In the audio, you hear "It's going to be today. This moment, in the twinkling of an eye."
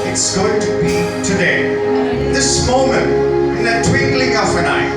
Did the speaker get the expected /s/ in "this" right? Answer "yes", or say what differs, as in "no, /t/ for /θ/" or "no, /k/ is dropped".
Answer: yes